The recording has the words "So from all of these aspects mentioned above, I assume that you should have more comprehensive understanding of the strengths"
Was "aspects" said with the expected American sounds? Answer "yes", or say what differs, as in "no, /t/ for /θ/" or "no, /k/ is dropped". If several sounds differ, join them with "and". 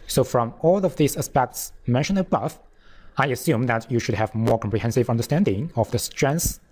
yes